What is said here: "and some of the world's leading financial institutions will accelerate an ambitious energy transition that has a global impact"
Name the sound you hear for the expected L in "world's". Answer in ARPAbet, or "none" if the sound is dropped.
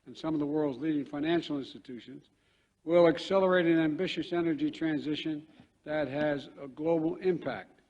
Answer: L